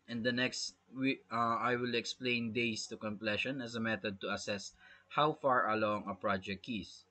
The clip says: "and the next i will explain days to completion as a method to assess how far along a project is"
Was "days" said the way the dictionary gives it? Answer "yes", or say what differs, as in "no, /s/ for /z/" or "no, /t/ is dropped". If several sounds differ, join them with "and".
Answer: no, /s/ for /z/